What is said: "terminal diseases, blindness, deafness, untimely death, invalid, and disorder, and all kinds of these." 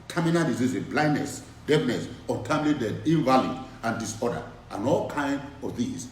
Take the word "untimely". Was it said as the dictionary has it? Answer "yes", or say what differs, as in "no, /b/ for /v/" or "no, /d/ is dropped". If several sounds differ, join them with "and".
no, /n/ is dropped